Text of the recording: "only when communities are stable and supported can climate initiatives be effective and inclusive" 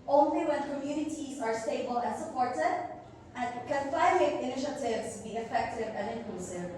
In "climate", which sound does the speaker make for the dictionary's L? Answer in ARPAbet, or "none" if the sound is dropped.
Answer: N